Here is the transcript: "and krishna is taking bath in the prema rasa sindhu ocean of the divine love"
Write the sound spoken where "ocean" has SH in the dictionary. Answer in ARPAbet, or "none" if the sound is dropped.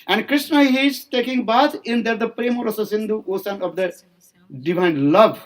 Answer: S